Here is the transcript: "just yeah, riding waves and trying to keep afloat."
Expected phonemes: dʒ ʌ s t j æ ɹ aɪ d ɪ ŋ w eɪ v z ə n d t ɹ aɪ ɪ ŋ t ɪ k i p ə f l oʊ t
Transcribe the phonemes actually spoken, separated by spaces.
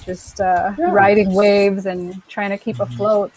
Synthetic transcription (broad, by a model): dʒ ʌ s t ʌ ɹ aɪ d ɪ ŋ w eɪ v z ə n t ɹ aɪ ɪ ŋ t ɪ k i p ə f l oʊ t